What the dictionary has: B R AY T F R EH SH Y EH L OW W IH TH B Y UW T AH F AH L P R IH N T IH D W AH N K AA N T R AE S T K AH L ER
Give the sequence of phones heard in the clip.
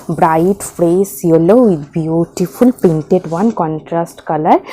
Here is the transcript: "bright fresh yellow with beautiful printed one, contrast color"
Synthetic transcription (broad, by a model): B R AY T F R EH S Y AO L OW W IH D B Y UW T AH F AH L P EH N T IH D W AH N K AA N T R AE S T K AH L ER